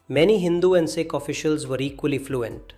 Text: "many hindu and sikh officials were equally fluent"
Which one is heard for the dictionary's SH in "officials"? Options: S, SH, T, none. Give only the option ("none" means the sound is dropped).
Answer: SH